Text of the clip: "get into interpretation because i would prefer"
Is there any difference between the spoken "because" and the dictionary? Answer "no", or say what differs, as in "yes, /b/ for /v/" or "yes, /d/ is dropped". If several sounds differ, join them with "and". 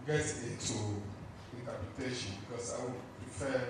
yes, /s/ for /z/